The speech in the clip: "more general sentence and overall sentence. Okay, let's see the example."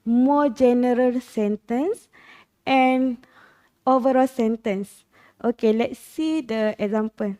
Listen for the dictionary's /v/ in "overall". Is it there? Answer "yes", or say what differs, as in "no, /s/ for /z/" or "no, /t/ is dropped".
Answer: yes